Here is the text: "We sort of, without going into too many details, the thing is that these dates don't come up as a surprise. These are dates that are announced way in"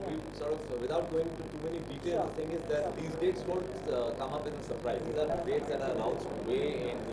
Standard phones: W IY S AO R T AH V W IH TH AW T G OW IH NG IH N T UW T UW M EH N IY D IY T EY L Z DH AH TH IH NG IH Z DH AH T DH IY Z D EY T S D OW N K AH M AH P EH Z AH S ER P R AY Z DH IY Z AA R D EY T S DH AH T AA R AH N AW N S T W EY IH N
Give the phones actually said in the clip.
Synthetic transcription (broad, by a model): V IY S AO R T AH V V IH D AW T G OW IH NG IH N T UW T UW M EH N IY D IY T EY L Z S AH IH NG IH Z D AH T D IY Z D EY T S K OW L K AH M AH P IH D AH S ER P R AY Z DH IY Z AA R D EY T S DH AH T AA R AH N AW N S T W EY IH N